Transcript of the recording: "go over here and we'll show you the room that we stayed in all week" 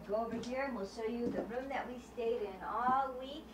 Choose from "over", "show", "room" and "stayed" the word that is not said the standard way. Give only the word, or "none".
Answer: show